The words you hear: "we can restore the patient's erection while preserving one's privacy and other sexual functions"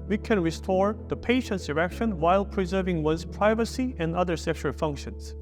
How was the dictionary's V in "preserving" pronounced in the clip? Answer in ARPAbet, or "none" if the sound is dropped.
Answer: V